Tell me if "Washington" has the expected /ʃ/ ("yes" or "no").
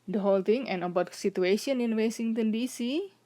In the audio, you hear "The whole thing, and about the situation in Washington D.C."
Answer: no